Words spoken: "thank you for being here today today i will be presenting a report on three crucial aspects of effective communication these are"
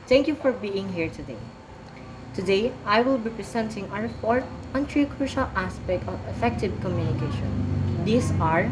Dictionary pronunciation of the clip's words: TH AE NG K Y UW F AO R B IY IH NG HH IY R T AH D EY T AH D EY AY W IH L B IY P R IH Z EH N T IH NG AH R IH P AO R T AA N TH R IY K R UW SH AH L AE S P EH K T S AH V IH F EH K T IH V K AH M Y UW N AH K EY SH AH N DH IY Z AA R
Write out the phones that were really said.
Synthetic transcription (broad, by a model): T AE NG K Y UW F AO R B IY IH NG HH IY R T AH D EY T AH D EY AY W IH L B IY P R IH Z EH N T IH NG AH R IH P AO R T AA N T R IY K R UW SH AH L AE S P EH K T AH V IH F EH K T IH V K AH M Y UW N AH K EY SH AH N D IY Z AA R